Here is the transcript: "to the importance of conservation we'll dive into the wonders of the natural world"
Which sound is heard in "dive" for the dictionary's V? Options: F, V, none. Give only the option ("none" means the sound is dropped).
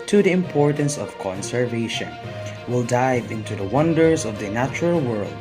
V